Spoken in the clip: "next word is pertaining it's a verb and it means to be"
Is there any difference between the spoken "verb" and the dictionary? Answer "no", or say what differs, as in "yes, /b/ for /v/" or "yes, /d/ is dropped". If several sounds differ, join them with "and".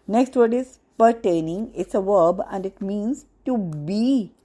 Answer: no